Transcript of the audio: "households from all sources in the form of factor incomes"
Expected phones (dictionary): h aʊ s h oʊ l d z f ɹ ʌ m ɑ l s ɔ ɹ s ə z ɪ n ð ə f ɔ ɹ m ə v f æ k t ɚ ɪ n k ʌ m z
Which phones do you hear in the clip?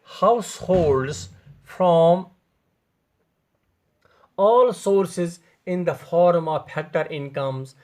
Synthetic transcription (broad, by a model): h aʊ s h oʊ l d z f ɹ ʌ m ɑ l s ɔ ɹ s ə z ɪ n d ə f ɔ ɹ m ə v p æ k t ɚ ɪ n k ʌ m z